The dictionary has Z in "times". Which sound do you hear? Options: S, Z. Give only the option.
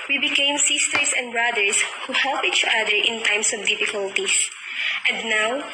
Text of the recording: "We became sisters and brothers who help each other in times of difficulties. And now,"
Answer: S